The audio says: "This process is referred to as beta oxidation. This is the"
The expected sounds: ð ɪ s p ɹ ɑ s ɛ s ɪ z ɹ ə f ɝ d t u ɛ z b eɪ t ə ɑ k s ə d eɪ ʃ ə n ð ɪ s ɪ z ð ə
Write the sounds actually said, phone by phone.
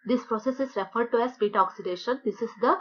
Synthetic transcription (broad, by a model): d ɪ s p ɹ ɑ s ɛ s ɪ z ɹ ə f ɝ d t u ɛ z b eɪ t ɑ k s ə d eɪ ʃ ə n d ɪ s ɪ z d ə